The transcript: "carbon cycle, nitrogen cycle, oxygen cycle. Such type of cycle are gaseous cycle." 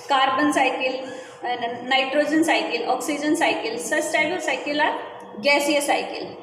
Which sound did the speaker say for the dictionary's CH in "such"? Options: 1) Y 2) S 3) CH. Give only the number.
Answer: 2